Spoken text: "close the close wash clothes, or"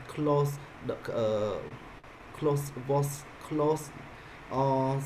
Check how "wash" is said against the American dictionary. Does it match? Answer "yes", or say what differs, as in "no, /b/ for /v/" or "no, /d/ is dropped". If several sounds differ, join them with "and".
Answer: no, /s/ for /ʃ/